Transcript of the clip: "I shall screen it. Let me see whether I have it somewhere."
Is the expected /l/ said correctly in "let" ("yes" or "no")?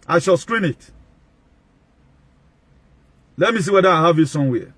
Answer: yes